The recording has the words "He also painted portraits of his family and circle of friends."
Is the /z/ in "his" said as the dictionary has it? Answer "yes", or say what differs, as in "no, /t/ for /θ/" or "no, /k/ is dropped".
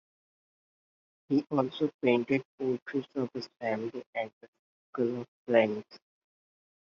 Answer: no, /s/ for /z/